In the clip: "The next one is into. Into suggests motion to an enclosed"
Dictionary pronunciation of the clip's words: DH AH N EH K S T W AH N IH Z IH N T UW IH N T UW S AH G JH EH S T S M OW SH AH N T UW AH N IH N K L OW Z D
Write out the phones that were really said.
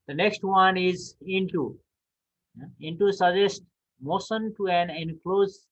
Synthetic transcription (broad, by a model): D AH N EH K S T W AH N IH Z IH N T UW IH N T UW S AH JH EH S T M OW S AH N T UW AH N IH N K L OW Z